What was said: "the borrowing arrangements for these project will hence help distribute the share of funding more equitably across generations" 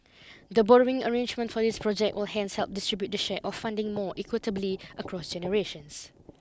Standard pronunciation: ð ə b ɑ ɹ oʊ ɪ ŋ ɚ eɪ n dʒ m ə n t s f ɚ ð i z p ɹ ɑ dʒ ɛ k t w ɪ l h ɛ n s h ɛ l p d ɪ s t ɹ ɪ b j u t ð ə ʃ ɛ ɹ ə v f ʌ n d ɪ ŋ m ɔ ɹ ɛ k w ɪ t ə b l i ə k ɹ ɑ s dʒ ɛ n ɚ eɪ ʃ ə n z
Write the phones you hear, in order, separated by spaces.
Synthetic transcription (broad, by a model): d ə b ɑ ɹ oʊ ɪ ŋ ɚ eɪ n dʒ m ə n t f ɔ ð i s p ɹ ɑ dʒ ɛ k t w ɪ l h ɛ n s h ɛ l p d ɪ s t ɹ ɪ b j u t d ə ʃ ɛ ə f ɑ n d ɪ ŋ m ɔ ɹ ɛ k w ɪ t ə b l i ə k ɹ ɑ s dʒ ɛ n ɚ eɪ ʃ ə n s